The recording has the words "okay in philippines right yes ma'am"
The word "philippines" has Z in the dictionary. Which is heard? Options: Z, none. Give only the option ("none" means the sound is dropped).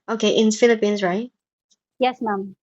Z